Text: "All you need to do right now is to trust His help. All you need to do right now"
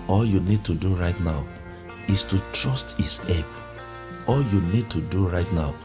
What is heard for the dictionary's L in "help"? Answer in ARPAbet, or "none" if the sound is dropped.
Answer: none